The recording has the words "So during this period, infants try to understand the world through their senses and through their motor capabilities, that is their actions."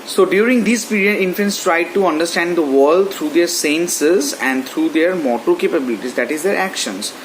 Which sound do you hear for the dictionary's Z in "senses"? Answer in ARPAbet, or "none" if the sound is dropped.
Z